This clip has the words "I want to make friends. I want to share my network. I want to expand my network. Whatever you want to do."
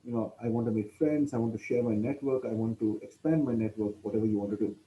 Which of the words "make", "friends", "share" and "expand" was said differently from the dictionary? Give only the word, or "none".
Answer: friends